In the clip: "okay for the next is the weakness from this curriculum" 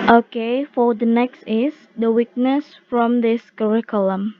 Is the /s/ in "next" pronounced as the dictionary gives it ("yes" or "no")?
yes